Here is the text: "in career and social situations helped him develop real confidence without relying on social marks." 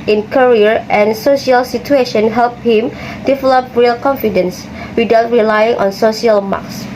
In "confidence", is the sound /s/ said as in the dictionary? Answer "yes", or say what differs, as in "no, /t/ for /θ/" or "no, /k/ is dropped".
yes